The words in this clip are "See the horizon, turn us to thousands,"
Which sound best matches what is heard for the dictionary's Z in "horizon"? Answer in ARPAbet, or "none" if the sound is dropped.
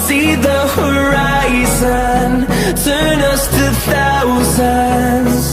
Z